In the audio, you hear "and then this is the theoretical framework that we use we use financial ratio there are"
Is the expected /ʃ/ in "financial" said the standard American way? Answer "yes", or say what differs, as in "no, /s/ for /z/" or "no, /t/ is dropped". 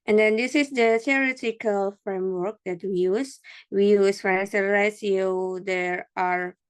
no, /s/ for /ʃ/